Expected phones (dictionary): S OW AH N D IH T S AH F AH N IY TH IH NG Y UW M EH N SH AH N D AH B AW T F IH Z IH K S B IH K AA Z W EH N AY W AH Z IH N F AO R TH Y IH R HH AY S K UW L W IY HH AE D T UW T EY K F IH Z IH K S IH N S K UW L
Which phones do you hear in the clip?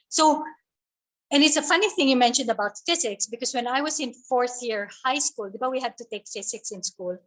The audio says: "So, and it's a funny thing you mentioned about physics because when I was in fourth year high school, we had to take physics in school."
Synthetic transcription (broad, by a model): S OW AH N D IH T S AH F AH N IY TH IH NG Y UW M EH N SH AH N D AH B AW T F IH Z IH K S B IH K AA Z W EH N AY W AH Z IH N F AO R TH Y IH R HH AY S K UW L W IY HH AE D T UW T EY K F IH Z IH K S IH N S K UW L